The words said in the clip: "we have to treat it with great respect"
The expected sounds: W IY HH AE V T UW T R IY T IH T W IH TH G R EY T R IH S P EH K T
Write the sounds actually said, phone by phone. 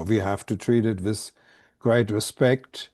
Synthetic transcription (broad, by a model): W IY HH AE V T UW T R IY T IH T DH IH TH G R EY T R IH S P EH K T